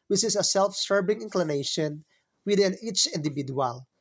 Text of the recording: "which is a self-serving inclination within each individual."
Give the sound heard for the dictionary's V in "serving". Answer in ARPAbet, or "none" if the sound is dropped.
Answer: B